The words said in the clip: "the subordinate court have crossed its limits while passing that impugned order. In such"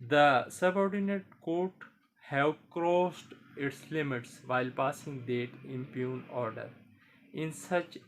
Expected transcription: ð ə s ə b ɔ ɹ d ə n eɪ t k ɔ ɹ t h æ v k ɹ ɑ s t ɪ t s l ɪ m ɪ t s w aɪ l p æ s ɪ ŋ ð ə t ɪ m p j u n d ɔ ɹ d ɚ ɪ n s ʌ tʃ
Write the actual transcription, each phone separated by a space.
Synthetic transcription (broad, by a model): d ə s ə b ɔ ɹ d ə n eɪ t k ɔ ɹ t h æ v k ɹ ɑ s t ɪ t s l ɪ m ɪ t s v aɪ l p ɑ s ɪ ŋ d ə t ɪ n p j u n ɔ ɹ d ɚ ɪ n s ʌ tʃ